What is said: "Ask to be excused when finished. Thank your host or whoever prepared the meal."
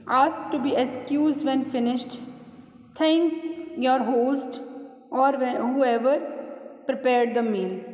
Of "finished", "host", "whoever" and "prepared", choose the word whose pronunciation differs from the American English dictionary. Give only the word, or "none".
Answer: none